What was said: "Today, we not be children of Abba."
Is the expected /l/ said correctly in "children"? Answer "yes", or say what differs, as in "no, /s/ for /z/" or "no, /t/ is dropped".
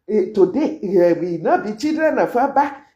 no, /l/ is dropped